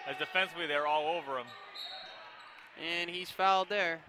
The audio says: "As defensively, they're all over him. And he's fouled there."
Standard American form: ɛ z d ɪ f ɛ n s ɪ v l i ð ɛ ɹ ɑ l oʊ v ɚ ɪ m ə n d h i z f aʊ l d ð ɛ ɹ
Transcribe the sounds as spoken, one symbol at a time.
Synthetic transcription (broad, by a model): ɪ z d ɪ f ɛ n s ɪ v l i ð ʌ ɹ ɑ l oʊ v ɚ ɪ m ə n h i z f aʊ l d ð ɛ ɹ